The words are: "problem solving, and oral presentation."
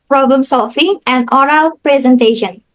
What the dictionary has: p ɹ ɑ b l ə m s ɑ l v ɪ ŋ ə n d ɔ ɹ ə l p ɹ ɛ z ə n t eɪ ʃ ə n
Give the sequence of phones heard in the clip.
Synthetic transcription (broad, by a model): p ɹ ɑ b l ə m s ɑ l f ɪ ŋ ə n d ɔ ɹ ə l p ɹ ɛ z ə n t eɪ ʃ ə n